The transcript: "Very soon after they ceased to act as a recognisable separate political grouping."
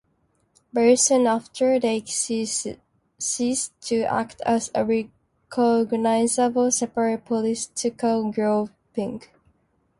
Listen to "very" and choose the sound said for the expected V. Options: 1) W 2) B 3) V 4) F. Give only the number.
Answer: 2